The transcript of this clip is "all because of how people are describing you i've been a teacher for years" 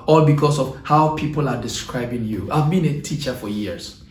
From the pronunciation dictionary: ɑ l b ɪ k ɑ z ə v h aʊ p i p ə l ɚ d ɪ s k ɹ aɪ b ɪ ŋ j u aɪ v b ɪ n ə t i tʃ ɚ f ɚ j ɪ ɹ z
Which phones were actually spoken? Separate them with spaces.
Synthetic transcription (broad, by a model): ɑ l b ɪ k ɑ s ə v h aʊ p i p ə l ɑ d ɪ s k ɹ aɪ b ɪ ŋ j u aɪ v b ɪ n ə t i tʃ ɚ f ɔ j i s